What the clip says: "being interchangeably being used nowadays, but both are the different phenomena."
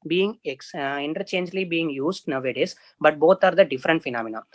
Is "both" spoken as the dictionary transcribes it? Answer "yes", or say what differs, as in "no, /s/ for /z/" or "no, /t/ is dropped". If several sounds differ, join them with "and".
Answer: no, /t/ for /θ/